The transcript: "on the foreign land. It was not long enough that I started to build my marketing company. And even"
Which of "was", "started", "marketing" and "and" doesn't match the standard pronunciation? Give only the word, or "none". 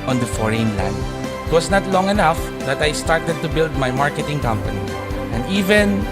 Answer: was